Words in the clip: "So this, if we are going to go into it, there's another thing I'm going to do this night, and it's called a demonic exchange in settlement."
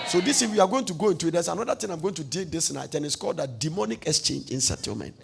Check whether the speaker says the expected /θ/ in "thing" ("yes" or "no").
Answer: no